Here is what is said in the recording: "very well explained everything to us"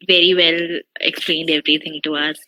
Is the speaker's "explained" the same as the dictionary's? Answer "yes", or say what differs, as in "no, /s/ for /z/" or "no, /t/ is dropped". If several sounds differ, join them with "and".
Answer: yes